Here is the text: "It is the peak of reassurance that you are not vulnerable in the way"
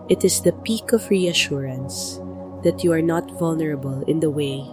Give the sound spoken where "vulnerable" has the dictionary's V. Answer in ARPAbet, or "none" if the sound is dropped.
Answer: V